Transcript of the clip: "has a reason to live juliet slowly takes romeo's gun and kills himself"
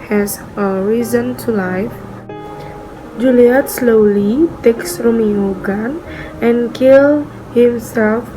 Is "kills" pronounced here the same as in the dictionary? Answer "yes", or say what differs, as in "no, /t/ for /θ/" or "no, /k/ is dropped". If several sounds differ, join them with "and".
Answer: no, /z/ is dropped